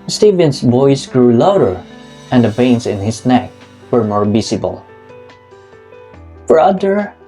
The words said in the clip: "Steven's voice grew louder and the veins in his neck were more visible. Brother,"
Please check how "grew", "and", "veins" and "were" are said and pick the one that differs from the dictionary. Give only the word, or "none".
veins